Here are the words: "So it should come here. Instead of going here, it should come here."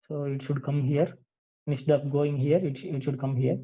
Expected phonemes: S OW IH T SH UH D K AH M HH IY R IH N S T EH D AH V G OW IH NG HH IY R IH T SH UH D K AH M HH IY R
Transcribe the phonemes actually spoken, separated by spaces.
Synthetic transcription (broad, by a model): S OW IH T SH UH D K AH M HH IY R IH S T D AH P G OW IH NG HH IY R IH T SH UH D K AH M HH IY R